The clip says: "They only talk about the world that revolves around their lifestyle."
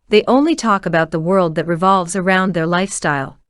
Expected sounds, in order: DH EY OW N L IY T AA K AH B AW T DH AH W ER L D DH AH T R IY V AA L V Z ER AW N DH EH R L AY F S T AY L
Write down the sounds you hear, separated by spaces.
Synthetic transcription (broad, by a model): DH EY OW N L IY T AA K AH B AW T DH AH W ER L D DH AH T R IY V AA L V Z ER AW N DH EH R L AY F S T AY L